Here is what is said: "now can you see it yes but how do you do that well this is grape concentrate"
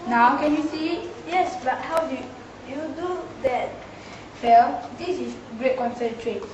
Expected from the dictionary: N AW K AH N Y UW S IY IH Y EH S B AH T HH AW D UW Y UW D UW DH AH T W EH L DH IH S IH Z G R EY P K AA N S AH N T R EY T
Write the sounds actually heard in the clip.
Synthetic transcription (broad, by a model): N AW K AH N Y UW S IY Y EH S B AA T HH AW D UW Y UW D UW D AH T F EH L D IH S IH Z G R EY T K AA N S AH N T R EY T